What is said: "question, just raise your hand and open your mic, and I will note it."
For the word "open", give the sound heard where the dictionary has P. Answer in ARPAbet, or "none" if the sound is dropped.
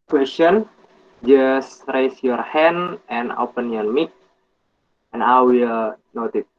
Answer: P